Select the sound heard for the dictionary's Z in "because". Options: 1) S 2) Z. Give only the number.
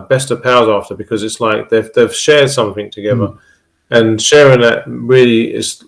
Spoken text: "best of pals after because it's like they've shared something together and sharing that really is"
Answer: 2